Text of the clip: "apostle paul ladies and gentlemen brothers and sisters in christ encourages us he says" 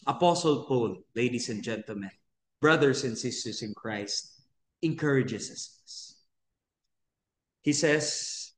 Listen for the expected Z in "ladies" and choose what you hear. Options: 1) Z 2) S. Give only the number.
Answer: 2